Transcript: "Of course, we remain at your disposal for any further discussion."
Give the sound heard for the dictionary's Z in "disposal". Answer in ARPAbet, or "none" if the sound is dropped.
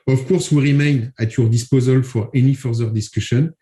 Z